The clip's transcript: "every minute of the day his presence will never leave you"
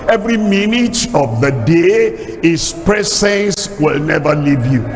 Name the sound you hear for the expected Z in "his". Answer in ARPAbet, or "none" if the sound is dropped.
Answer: S